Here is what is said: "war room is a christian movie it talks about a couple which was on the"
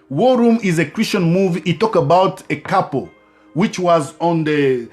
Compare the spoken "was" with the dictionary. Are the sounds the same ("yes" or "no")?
yes